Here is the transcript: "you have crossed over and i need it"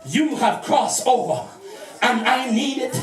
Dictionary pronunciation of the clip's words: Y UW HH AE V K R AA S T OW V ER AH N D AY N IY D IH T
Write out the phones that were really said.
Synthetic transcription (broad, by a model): Y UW HH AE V K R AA S OW V ER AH N AY N IY D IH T